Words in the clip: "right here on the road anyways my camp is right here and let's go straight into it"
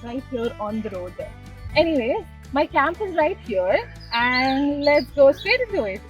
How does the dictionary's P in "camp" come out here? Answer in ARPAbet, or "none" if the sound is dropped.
P